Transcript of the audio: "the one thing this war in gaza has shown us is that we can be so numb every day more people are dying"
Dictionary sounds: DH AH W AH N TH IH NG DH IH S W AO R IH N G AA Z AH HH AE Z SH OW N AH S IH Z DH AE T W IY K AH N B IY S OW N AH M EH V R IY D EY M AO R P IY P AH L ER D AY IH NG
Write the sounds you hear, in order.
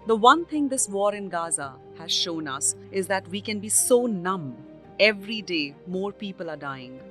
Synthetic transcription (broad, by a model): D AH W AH N T IH NG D IH S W AO R IH N G AA Z AH HH AE Z SH OW N AH S IH Z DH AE T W IY K AH N B IY S OW N AH M EH V R IY D EY M AO R P IY P AH L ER D AY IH NG